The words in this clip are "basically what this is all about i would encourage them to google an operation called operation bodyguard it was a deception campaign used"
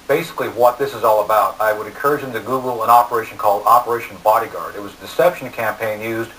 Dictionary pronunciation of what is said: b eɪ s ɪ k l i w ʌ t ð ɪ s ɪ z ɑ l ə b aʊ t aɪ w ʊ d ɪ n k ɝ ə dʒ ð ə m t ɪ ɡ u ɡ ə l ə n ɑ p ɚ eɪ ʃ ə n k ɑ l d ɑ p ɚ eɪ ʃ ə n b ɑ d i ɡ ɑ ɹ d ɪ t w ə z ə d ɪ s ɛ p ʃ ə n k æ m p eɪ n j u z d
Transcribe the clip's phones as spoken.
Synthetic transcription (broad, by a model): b eɪ s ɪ k l i w ʌ t ð ɪ s ɪ z ɑ l ə b aʊ t aɪ w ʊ d ɪ n k ɝ ə dʒ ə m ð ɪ ɡ u ɡ l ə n ɑ p ɚ eɪ ʃ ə n k ɑ l d ɑ p ɚ eɪ ʃ n b ɑ d i ɡ ɑ ɹ d ɪ t w ə z ə d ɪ s ɛ p ʃ n k æ m p eɪ n j u z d